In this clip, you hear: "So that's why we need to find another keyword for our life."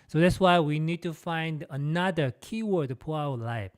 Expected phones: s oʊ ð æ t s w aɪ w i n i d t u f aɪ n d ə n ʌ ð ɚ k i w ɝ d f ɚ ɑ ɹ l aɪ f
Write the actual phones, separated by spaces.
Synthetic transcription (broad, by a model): s oʊ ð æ t s w aɪ w i n i d t u f aɪ n d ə n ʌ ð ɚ k i w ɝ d p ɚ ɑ w l aɪ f